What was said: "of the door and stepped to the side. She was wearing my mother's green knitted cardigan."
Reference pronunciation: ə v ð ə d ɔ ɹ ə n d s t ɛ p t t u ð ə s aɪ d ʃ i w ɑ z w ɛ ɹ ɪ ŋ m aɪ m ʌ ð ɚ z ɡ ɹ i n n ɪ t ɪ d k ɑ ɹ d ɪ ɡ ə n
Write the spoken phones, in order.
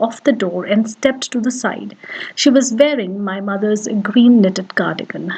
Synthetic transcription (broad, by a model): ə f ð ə d ɔ ɹ ə n d s t ɛ p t t u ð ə s aɪ d ʃ i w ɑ z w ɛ ɹ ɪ ŋ m aɪ m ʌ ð ɚ z ɡ ɹ i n n ɪ t ɪ d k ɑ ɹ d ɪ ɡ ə n